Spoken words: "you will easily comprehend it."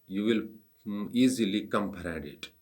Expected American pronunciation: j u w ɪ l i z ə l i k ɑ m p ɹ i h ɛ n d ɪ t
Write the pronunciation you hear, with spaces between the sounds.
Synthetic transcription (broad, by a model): j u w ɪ l i z ə l i k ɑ m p i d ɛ d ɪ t